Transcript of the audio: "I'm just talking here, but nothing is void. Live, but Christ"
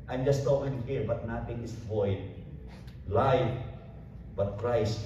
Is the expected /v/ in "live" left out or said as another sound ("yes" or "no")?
yes